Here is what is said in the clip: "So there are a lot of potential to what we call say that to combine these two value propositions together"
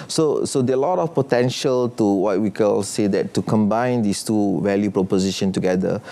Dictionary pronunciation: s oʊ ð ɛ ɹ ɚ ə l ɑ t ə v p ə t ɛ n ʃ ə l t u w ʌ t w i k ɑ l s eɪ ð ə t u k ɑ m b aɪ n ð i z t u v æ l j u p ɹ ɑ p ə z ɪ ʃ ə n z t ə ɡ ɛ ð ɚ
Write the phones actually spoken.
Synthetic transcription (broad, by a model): s oʊ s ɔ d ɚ ə l ɑ t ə f p ə t ɛ n ʃ ə l t u w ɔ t w i k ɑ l s eɪ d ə t u k ɑ m b aɪ n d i s t u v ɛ l j u p ɹ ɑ p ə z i ʃ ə n t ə ɡ ɛ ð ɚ